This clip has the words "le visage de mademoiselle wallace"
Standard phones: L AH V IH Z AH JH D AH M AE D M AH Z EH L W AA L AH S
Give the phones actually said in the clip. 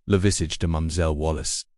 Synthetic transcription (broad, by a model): L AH V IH S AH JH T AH M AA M Z EH L W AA L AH S